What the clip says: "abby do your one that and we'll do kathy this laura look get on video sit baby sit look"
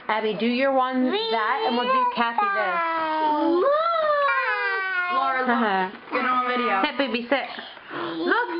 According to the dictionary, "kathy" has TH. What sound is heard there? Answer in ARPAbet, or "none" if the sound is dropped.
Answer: S